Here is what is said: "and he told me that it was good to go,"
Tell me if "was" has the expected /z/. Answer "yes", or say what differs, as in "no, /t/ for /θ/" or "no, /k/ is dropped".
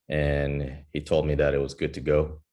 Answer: yes